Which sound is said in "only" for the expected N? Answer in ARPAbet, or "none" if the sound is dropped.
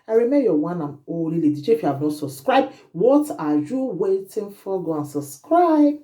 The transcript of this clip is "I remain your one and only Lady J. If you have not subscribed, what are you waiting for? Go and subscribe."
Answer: none